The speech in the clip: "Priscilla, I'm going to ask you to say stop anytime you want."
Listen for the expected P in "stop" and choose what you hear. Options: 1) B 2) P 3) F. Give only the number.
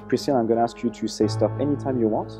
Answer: 3